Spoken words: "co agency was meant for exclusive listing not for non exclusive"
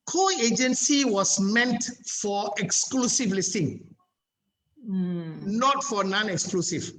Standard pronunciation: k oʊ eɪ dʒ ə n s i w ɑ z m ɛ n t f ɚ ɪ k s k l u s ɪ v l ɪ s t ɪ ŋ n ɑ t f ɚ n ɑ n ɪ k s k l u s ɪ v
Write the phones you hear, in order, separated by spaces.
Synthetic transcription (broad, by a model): k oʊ eɪ dʒ ə n s i w ɑ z m ɛ n t f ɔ ɪ k s k l u s ɪ v l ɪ s t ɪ ŋ n ɑ t f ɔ n ɑ n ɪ k s k l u s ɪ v